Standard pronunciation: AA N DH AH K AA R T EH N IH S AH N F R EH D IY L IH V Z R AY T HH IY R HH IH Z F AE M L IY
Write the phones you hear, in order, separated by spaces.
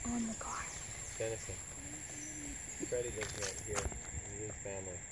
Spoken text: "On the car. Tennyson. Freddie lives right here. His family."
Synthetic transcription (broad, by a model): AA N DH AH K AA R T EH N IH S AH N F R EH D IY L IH Z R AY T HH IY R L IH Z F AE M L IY